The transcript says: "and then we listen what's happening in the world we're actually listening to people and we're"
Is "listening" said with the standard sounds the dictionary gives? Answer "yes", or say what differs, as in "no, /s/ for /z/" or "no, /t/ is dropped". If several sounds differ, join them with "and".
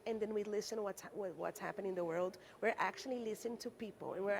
no, /n/ is dropped